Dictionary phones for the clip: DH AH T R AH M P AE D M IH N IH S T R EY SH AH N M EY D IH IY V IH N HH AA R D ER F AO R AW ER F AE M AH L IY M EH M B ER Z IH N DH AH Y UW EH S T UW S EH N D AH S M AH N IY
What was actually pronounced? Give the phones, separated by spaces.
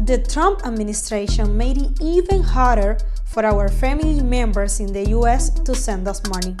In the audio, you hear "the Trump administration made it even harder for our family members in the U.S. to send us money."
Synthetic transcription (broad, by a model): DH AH T R AH M P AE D M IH N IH S T R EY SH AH N M EY D IH IY V IH N HH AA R D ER F AO R AW ER F AE M AH L IY M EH M B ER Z IH N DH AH Y UW EH S T UW S EH N D AH S M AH N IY